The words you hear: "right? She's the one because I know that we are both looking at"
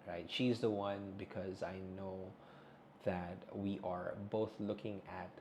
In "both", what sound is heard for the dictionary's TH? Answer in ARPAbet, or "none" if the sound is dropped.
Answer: TH